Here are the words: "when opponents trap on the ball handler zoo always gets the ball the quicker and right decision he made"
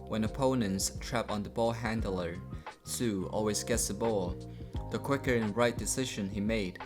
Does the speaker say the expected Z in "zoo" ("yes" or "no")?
no